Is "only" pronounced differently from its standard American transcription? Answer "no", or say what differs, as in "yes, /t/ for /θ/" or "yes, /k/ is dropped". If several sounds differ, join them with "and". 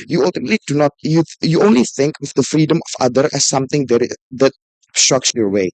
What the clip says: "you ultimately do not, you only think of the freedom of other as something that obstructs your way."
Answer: no